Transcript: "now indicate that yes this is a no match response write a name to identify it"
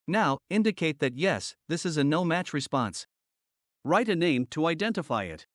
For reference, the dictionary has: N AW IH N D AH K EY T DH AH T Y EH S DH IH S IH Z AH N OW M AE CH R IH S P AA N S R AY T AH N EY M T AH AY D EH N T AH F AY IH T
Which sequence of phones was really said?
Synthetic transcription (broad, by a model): N AW IH N D AH K EY T DH AH T Y EH S DH IH S IH Z AH N OW M AE CH R IH S P AA N S R AY T AH N EY M T AH AY D EH N T AH F AY IH T